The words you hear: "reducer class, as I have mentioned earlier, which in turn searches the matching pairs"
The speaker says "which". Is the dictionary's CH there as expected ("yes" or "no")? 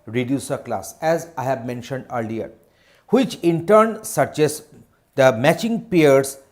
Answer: yes